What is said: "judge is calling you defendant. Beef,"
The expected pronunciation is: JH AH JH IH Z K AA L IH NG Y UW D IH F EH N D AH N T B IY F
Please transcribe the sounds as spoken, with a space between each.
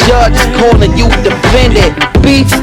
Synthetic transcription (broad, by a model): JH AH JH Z K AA N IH Y UW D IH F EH N D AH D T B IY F